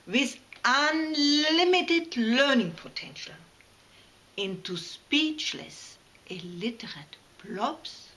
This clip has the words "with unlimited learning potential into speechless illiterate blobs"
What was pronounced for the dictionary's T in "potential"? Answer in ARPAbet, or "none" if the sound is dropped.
T